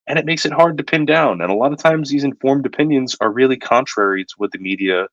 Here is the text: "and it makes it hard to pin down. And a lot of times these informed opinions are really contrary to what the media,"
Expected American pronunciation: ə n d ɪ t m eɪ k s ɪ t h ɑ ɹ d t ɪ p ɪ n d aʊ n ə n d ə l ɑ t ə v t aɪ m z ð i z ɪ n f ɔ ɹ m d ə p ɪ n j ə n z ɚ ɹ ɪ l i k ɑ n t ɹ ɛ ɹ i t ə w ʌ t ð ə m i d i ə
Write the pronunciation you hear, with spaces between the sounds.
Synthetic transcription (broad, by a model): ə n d ɪ t m eɪ k s ɪ t h ɑ ɹ d t ɪ p ɪ n d aʊ n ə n ə l ɑ t ə v t aɪ m z ð i z ɪ n f ɔ ɹ m d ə p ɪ n j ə n z ɚ ɹ ɪ l i k ɑ n t ɹ ɛ ɹ i t ə w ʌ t ð ə m i d i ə